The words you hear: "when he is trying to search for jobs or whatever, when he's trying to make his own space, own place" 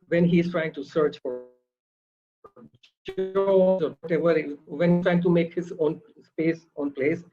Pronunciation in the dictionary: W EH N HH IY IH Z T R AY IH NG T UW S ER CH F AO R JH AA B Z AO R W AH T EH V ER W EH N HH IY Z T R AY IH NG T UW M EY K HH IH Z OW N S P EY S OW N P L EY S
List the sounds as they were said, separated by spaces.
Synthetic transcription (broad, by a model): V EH N HH IY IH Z T R AY IH NG T UW S ER CH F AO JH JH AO Z AO R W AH T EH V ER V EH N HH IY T R AY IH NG T UW M EY K HH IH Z OW N S P EY S OW N P L EY S